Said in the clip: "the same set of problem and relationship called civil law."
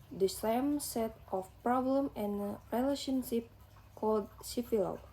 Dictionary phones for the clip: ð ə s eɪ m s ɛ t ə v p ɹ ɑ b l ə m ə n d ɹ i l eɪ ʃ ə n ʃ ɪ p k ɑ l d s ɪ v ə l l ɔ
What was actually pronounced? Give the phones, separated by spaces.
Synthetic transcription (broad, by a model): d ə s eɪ m s ɛ t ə f p ɹ ɑ b l ə m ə n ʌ ɹ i l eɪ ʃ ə n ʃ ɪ p k ɑ l d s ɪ f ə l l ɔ